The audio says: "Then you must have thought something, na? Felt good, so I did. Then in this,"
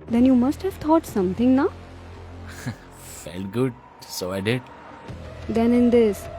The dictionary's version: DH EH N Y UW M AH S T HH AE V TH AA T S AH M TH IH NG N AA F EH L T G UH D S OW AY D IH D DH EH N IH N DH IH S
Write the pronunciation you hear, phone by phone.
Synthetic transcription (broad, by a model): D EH N Y UW M AH S T HH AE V T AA T S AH M T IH NG N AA F EH L T G UH D S OW AY D IH D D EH N IH N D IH S